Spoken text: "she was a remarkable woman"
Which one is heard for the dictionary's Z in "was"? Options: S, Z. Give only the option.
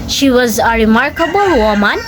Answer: Z